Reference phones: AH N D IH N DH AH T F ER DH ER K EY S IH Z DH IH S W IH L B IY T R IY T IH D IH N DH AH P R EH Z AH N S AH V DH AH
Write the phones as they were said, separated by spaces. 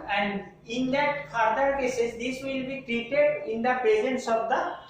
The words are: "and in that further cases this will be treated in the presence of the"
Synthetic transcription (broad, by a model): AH N D IH N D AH T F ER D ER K EY S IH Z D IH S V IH L B IY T R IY T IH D IH N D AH P R EH Z AH N S AH V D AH